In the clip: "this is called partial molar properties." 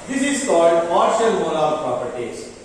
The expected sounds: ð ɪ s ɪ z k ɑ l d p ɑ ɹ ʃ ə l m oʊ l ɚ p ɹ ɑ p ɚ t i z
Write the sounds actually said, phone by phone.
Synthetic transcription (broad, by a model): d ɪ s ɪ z k ɑ l d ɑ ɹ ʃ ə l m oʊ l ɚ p ɹ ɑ p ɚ t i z